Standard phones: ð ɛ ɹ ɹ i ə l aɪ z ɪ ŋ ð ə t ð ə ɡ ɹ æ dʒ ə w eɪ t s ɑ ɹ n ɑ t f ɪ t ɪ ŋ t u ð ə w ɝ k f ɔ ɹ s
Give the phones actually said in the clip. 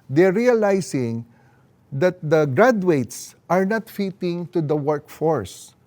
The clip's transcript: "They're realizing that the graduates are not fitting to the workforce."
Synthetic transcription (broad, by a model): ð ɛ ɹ ɹ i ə l aɪ s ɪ ŋ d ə t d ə ɡ ɹ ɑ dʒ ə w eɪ t s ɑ ɹ n ɑ t f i t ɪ ŋ t u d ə w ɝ k f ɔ ɹ s